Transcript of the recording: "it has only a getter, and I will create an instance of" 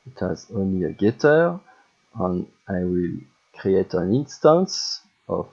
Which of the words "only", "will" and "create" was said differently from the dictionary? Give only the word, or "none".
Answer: none